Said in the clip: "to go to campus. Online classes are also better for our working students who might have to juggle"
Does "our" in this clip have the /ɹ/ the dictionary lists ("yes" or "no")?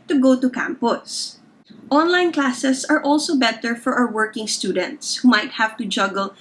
no